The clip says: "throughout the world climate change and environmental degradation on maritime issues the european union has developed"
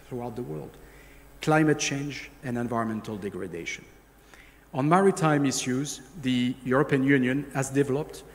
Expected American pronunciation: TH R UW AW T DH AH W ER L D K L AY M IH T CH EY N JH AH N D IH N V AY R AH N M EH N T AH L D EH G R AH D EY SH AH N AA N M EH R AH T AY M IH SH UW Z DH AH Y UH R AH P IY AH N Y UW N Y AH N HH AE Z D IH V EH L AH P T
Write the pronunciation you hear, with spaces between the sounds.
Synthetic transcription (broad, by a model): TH R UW AW T DH AH W ER L D K L AY M IH T CH EY N JH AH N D IH N V AY R AH N M EH N T AH L D EH G R AH D EY SH AH N AA N M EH R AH T AY M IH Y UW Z DH AH Y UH R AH P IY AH N Y UW N Y AH N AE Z D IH V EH L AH P T